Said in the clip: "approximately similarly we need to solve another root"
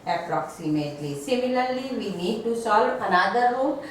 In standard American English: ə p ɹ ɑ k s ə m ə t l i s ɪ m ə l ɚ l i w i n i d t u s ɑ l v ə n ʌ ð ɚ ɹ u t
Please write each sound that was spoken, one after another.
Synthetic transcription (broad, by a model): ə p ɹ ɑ k s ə m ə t l i s ɪ m ə l ɚ l i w i n i d t u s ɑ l ə n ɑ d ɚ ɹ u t